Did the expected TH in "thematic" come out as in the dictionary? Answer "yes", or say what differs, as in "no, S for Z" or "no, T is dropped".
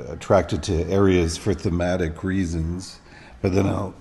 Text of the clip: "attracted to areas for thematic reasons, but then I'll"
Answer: yes